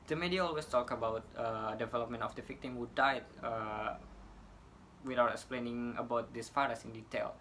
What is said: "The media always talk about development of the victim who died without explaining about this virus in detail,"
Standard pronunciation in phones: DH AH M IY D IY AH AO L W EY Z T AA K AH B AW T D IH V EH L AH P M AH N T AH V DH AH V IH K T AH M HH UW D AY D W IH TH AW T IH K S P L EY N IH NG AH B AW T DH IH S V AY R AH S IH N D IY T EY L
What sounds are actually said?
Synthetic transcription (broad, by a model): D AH M IY D IY AH AO L W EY S T AA K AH B AW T D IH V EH L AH P M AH N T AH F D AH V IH K T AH M HH UW D AY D W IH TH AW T IH K S P L EY N IH NG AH B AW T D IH S F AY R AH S IH N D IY T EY L